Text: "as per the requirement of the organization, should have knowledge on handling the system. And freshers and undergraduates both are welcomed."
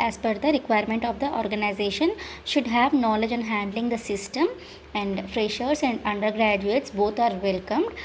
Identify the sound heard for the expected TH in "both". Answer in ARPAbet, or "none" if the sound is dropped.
T